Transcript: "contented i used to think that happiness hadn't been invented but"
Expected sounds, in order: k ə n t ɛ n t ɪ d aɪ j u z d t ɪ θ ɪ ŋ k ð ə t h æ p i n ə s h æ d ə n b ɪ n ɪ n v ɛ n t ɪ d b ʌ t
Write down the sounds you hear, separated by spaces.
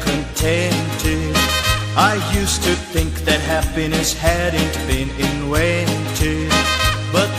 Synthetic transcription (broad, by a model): k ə n t ɛ n t ɪ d aɪ j u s t ɪ θ ɪ ŋ k ð ə t h æ p i n ə s h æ d n b ɪ n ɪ n w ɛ n t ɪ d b ʌ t